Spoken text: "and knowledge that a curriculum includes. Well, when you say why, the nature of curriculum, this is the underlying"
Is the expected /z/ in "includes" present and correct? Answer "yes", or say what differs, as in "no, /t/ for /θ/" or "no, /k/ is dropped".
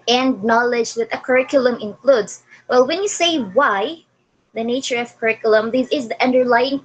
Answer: no, /s/ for /z/